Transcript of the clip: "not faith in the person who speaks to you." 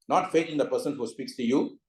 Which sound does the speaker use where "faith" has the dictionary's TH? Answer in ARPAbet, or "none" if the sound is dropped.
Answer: T